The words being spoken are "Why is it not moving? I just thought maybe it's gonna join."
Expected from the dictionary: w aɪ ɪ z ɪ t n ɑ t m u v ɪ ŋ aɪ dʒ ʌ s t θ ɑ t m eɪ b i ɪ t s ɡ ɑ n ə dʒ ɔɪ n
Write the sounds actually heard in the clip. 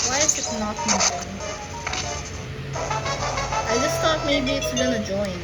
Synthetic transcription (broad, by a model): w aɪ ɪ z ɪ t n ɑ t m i ɪ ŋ aɪ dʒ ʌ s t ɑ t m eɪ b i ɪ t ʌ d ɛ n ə dʒ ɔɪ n